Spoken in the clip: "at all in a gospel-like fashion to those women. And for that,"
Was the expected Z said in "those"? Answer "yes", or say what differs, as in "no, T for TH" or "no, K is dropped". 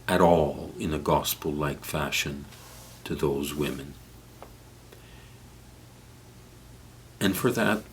yes